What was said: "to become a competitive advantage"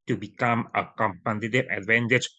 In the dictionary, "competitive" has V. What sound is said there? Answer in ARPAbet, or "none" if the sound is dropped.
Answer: none